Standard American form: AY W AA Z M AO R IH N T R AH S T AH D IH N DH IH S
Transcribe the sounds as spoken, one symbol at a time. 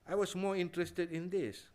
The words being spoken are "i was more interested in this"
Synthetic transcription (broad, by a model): AY W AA S M AO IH N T R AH S T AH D IH N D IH S